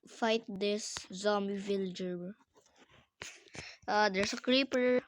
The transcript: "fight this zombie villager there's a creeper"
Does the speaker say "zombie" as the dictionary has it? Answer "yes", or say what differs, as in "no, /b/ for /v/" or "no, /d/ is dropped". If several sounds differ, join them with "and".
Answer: no, /b/ is dropped